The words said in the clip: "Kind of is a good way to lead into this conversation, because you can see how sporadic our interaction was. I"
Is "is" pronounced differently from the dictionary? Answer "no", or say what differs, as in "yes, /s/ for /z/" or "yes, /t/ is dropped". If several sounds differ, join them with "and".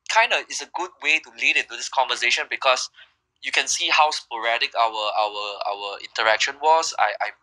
yes, /s/ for /z/